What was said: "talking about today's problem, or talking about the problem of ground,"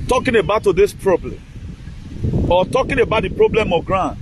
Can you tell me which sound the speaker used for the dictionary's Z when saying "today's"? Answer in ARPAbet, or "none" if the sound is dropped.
S